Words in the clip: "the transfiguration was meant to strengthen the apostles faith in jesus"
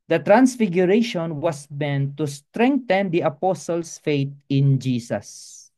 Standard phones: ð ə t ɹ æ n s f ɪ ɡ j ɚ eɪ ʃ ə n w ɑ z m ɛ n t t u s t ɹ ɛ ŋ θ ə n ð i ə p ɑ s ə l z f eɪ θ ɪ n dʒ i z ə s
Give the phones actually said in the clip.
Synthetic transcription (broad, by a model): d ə t ɹ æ n s f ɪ ɡ j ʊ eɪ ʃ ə n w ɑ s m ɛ n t t u s t ɹ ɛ ŋ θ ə n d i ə p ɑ s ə l s f eɪ t ɪ n dʒ i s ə s